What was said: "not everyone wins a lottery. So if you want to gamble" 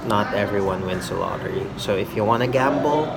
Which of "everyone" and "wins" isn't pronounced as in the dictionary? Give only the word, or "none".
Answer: wins